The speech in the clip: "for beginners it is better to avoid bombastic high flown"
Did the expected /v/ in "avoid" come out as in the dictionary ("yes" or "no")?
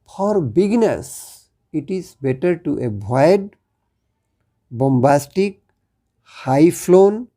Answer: no